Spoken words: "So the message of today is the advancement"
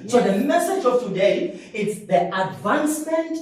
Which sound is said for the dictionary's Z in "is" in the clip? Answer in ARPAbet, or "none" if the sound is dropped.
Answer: S